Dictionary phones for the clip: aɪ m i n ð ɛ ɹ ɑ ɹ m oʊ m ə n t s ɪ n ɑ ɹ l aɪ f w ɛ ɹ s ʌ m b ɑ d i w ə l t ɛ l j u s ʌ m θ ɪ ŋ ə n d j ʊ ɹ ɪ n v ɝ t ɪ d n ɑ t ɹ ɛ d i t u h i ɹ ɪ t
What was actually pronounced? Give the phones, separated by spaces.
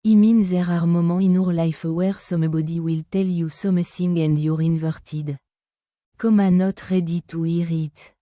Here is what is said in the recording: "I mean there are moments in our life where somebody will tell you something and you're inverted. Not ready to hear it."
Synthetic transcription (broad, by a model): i m i n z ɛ ɹ ɑ ɹ m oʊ m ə ɪ n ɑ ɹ l aɪ f w ɛ ɹ s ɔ m b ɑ d i w ə l t ɛ l j u s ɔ m s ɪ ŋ ə n d j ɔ ɹ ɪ n v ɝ t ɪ d n ɑ t ɹ ɛ d i t u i ɹ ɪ t